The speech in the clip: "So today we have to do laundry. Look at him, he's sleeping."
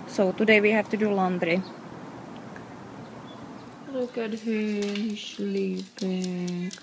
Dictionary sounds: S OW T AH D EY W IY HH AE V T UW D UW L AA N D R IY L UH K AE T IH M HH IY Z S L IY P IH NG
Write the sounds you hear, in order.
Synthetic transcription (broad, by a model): S OW T AH D EY W IY HH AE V T UW D UW L AA N D R IY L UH K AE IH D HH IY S L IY P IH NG